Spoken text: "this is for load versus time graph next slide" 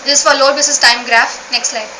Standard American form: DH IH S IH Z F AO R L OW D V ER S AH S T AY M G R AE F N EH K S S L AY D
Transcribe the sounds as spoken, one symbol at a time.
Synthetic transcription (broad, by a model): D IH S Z F AO R L OW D B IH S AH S T AY M G R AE F N EH K S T L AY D